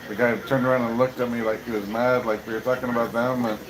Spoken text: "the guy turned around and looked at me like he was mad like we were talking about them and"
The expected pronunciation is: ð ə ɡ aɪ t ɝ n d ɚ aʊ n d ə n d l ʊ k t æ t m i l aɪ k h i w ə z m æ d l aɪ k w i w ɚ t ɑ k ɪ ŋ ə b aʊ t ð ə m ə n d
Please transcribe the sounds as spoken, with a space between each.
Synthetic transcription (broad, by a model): ð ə ɡ aɪ t ɝ n d ɚ aʊ n d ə n l ʊ k t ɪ t m i l aɪ k h i w ə z m æ d l aɪ k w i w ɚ t ɑ k ɪ ŋ ə b aʊ t ð ə m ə n